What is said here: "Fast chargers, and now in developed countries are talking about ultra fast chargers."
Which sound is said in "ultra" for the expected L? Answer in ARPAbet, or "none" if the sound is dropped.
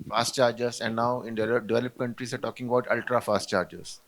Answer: L